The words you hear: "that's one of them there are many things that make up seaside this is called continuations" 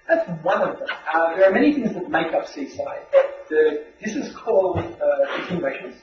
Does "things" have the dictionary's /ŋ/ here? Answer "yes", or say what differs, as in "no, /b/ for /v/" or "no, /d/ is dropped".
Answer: yes